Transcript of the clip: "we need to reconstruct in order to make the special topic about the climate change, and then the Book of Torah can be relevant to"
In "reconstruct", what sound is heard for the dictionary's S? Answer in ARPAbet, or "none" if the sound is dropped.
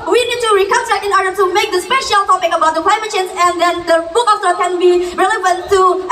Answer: none